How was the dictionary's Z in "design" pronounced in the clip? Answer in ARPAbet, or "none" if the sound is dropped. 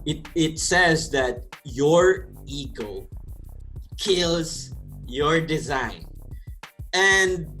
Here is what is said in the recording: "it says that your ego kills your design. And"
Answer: Z